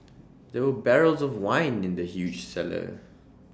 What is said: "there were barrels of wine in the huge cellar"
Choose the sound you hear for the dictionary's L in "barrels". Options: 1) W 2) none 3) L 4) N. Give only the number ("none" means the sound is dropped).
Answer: 3